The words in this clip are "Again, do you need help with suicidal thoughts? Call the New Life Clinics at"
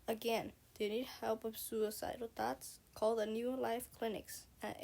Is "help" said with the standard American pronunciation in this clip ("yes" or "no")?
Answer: yes